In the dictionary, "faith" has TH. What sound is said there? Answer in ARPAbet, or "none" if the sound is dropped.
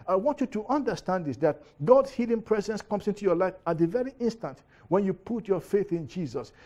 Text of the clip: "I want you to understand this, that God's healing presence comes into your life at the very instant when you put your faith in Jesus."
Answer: TH